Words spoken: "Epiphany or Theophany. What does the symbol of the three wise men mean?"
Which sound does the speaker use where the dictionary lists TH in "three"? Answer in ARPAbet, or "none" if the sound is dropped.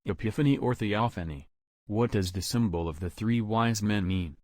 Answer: TH